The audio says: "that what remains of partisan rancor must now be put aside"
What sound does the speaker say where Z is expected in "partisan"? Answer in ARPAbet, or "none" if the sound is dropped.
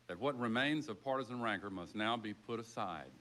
Z